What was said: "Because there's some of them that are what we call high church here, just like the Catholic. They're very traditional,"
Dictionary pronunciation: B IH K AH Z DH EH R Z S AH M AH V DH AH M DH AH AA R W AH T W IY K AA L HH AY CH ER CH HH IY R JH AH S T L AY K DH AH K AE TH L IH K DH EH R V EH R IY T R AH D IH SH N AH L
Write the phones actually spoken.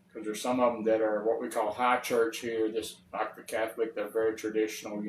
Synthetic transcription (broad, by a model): K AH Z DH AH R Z S AH M AH V DH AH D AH R W AH T W IY K AA L HH AY CH ER CH HH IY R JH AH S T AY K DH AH K AE TH L IH K DH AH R V EH R IY T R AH D IH SH N L